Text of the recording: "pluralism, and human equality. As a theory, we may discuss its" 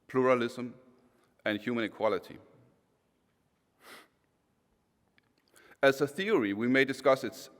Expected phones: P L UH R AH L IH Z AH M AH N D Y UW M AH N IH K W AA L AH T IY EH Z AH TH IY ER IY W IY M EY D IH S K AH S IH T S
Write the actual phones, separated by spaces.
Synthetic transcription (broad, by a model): P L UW R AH L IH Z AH M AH N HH Y UW M AH N IH K W AA L AH T IY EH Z AH TH IY ER IY W IY M EY D IH S K AH S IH T S